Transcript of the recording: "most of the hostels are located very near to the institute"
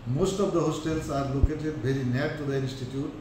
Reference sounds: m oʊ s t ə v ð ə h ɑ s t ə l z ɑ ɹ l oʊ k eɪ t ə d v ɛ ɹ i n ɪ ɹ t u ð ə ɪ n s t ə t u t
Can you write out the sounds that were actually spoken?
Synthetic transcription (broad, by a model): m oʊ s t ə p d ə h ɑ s t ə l s ɑ ɹ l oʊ k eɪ t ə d b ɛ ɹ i n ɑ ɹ t u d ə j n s t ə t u t